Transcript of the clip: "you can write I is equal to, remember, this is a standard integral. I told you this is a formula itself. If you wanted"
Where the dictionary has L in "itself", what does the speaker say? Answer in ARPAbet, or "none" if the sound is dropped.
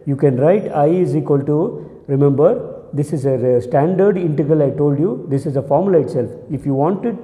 L